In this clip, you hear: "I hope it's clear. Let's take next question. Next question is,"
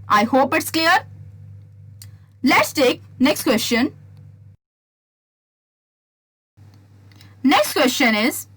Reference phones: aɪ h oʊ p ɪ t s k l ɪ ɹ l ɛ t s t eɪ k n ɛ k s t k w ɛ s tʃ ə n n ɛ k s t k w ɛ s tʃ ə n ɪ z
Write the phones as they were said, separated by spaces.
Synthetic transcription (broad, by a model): aɪ h oʊ p ɪ t s k l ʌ ɹ l ɛ t s t eɪ k n ɛ k s t k w ɛ s tʃ ə n n ɛ k s t k w ɛ s tʃ ə n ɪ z